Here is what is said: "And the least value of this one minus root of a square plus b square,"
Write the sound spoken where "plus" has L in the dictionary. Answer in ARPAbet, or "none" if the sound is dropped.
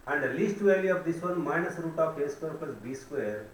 none